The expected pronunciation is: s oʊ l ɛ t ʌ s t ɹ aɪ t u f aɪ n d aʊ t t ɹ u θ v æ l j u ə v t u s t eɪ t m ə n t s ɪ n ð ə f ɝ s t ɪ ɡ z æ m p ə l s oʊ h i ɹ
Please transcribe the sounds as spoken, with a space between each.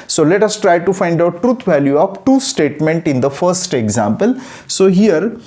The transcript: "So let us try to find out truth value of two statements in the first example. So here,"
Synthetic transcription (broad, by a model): s oʊ l ɛ t ʌ s t ɹ aɪ t u f aɪ n d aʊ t t ɹ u t v æ l j u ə p t u s t eɪ t m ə n t ɪ n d ə f ɝ s t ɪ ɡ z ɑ m p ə l s oʊ h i ɹ